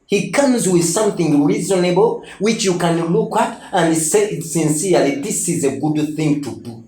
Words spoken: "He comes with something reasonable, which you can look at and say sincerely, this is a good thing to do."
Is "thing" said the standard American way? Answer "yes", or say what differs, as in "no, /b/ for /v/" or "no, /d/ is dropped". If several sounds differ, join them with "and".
yes